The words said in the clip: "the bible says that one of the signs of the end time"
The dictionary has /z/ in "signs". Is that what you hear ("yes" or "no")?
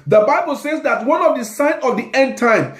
no